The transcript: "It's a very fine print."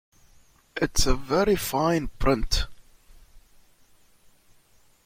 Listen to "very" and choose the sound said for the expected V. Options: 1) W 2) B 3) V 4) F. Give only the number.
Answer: 3